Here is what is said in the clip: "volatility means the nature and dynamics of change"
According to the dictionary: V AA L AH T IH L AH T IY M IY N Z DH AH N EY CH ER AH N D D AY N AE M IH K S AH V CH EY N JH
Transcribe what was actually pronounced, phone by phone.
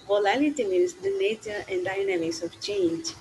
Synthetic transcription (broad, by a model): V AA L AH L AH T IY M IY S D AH N EY CH ER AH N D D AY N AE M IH S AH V CH EY N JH